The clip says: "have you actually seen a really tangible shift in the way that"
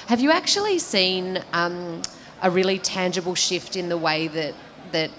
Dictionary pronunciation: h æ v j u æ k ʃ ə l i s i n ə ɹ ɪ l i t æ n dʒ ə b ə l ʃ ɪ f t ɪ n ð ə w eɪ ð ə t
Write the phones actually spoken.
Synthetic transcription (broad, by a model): h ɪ v j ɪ æ k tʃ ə l i s i n ə ɹ ɪ l i t æ n dʒ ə b l ʃ ɪ f t ɪ n ð ə w eɪ ð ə t